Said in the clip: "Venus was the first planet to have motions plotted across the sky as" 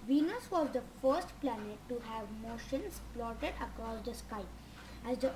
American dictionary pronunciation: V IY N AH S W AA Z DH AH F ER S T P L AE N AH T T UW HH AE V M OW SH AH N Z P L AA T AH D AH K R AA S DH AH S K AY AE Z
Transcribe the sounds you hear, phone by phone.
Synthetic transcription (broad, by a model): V IY N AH S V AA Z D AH F ER S T P L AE N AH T T UW HH AE V M OW SH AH N S P L AA T AH D AH K R AA S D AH S K AY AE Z